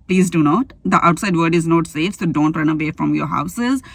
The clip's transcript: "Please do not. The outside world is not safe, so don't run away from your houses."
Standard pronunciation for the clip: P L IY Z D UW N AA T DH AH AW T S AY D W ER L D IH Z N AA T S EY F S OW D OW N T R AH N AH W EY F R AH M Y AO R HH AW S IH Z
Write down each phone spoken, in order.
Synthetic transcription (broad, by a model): P L IY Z D UW N AA T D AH AW T S AY D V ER D IH Z N AA T S EY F S OW D OW N T R AH N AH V EY F R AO M Y AO R HH AW S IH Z